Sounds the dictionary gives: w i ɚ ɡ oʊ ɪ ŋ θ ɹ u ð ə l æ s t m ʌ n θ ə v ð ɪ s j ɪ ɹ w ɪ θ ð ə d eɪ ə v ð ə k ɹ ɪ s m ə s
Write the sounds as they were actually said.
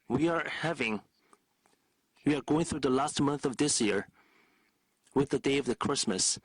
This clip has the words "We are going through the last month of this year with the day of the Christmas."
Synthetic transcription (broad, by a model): w i ɚ ɡ oʊ ɪ ŋ θ ɹ u ð ə l æ s t m ʌ n θ ə v ð ɪ s j ɪ ɹ w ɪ ð ə d eɪ ə v ð ə k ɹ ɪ s m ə s